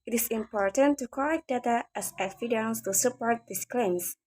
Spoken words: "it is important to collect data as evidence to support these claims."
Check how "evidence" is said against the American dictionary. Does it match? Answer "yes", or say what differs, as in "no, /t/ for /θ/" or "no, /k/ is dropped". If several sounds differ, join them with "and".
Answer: no, /f/ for /v/